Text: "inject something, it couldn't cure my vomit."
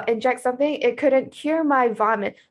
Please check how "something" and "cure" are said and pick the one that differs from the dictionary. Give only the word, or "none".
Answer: none